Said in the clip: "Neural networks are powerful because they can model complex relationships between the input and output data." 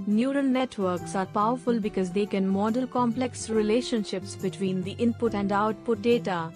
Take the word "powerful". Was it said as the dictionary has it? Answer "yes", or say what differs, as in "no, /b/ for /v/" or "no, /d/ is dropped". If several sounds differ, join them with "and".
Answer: yes